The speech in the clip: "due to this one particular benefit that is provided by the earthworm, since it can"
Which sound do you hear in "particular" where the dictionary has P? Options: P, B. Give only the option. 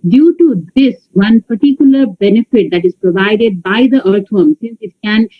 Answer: P